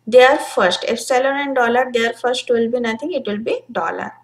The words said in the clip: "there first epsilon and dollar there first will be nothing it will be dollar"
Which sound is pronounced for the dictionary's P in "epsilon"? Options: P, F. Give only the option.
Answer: F